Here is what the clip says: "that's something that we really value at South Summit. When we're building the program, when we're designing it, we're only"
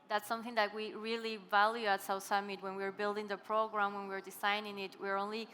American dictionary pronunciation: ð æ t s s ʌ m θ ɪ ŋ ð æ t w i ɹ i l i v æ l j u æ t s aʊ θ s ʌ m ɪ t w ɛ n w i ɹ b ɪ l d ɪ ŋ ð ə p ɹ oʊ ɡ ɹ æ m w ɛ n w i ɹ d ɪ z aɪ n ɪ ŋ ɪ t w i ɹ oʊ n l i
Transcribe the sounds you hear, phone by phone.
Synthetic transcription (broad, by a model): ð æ t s s ʌ m θ ɪ ŋ ð æ t w i ɹ i l i v æ l j u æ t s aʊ s ʌ m ɪ t w ɛ n w i ɹ b ɪ l d ɪ ŋ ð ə p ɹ oʊ ɡ ɹ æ m w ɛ n w i ɹ d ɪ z aɪ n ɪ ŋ ɪ t w i ɹ oʊ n l i